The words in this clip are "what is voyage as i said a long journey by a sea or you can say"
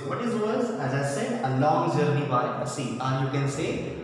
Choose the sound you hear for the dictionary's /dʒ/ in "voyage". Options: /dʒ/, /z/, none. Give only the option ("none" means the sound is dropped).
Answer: /z/